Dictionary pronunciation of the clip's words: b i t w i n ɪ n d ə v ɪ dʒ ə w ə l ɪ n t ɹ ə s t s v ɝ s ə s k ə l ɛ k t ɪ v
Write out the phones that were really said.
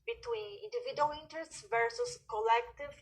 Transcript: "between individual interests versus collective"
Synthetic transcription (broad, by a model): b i t w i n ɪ n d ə v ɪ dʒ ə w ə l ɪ n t ɹ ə s t s v ɝ s ə s k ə l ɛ k t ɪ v